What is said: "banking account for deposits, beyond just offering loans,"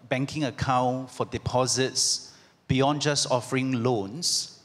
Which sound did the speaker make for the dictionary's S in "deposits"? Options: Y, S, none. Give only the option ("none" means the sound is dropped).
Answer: S